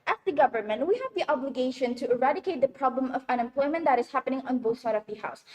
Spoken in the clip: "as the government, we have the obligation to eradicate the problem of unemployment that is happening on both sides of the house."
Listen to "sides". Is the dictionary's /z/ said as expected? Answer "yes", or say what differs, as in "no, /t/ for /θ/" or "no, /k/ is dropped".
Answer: no, /z/ is dropped